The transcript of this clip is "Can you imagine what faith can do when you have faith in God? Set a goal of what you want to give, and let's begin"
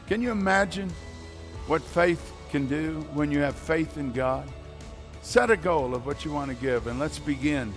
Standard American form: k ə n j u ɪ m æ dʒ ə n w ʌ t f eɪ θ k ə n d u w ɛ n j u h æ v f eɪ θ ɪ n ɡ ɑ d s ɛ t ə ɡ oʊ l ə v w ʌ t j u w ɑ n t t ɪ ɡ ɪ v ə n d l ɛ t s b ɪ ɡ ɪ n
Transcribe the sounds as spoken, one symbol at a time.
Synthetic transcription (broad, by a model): k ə n j ɪ m æ dʒ ə n w ʌ t f eɪ θ k ə n d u w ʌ n j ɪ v f eɪ θ ɪ n ɡ ɑ d s ɛ t ə ɡ oʊ l ə v w ʌ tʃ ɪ w ɑ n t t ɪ ɡ ɪ v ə n l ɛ t s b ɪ ɡ ɪ n